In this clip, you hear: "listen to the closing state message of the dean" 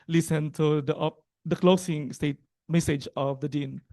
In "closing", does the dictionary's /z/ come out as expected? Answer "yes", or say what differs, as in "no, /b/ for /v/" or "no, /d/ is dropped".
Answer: no, /s/ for /z/